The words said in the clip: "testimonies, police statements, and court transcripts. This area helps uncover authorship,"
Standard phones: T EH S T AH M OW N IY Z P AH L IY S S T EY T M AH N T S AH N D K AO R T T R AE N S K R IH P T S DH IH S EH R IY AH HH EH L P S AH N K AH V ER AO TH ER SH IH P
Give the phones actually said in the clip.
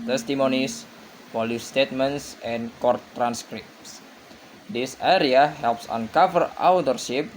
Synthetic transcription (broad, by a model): T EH S T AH M OW N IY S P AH L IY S S T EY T M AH N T S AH N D K AO R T T R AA N S K R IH P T S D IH S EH R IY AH HH EH L P S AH N K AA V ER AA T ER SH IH P